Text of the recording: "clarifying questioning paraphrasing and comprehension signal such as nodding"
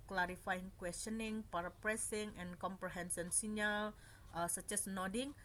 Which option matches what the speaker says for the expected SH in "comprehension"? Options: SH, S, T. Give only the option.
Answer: S